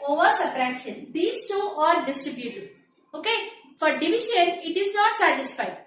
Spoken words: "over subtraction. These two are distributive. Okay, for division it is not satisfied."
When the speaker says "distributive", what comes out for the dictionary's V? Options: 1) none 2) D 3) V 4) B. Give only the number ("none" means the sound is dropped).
1